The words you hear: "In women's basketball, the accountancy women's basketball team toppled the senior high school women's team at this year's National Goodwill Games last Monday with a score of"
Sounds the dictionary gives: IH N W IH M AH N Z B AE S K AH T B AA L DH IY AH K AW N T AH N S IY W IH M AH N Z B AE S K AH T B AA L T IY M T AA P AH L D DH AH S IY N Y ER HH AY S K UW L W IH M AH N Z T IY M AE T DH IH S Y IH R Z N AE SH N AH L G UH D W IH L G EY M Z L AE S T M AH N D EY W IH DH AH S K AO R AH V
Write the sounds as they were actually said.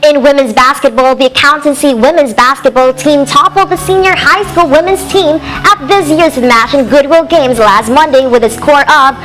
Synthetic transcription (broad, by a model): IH N W IH M AH N Z B AE S K AH T B AA L DH IY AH K AW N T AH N S IY W IH M AH N Z B AE S K AH T B AA L T IY M T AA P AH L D DH AH S IY N Y ER HH AY S K UW L W IH M AH N Z T IY M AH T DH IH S Y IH R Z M AE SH AH N G UH D W IH L G EY M Z L AE S T M AH N D EY W IH DH AH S K AO R AH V